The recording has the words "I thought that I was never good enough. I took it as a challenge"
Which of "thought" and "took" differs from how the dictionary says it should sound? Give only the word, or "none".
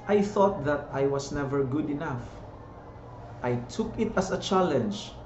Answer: none